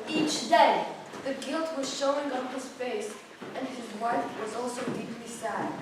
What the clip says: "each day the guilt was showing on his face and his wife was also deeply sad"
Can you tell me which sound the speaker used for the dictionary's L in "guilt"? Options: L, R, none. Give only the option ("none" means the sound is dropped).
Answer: L